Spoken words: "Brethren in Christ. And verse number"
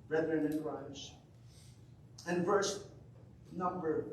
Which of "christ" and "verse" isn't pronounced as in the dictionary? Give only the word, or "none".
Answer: christ